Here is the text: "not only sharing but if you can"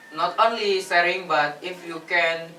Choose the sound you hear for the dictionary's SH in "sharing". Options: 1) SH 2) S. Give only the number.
2